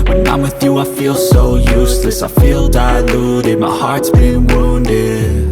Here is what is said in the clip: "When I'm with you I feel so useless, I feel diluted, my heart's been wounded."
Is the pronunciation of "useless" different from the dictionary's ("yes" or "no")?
no